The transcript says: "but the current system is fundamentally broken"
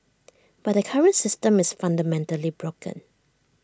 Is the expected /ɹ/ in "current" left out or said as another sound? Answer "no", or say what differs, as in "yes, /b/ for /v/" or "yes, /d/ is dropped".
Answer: no